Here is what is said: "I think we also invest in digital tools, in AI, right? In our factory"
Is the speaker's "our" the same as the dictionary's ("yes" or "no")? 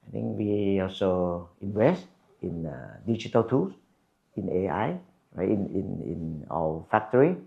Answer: no